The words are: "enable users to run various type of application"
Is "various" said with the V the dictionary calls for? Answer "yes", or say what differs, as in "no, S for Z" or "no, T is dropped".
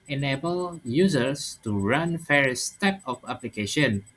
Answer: no, F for V